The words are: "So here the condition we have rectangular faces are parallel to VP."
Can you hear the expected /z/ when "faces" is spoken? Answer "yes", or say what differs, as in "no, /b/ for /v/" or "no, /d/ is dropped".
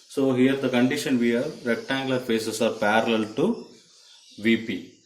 no, /s/ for /z/